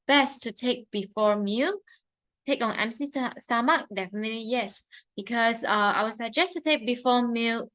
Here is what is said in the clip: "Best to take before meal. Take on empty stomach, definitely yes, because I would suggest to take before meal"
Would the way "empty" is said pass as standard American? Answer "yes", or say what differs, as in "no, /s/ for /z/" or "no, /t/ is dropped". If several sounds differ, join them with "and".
no, /s/ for /t/